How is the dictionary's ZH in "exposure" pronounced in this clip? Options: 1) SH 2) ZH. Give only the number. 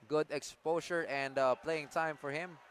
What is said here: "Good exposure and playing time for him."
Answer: 1